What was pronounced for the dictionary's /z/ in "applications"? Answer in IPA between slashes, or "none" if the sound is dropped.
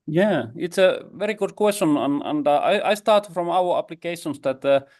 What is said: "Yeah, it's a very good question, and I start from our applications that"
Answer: /s/